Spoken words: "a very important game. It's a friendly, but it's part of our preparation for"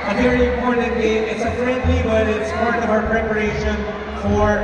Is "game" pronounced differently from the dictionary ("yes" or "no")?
yes